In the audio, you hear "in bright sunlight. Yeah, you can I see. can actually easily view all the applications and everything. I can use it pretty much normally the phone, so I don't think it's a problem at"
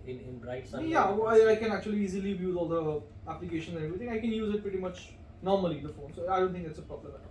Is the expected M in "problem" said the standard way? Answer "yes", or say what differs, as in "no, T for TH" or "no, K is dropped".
no, M is dropped